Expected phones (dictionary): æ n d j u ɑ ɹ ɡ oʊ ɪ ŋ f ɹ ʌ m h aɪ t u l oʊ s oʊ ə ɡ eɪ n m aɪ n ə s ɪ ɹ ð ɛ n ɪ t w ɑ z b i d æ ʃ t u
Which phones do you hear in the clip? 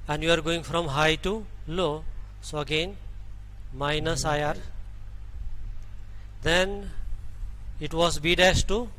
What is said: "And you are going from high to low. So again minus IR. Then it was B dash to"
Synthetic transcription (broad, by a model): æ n d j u ɑ ɹ ɡ oʊ ɪ ŋ f ɹ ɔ m h aɪ t u l oʊ s oʊ ə ɡ eɪ n m aɪ n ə s ɪ ɹ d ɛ n ɪ t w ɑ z b i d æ s t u